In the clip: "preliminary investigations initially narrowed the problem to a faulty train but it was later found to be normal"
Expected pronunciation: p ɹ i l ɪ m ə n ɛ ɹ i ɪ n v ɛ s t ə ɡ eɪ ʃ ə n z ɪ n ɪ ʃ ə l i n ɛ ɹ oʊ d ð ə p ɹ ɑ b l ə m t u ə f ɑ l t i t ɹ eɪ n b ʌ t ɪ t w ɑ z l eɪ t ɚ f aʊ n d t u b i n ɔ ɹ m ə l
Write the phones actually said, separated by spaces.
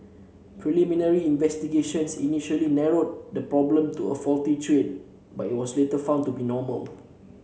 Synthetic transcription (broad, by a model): p ɹ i l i m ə n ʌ ɹ i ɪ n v ɛ s t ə ɡ eɪ ʃ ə n s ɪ n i ʃ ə l i n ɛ ɹ oʊ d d ə p ɹ ɑ b l ə m t u ə f ɑ l t i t ɹ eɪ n b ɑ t ɪ t w ɑ s l eɪ t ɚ f aʊ n t u b i n ɔ m ə l